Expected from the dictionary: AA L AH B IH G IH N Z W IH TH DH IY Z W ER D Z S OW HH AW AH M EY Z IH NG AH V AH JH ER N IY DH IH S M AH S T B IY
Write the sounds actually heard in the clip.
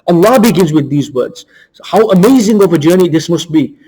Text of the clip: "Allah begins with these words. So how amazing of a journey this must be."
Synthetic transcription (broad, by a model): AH L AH B IH G IH N Z W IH DH IY Z W ER D Z HH AW AH M EY Z IH NG AH V AH JH ER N IY DH IH S M AH S T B IY